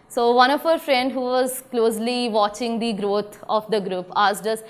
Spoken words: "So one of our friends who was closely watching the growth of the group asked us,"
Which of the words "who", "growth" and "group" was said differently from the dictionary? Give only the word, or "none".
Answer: growth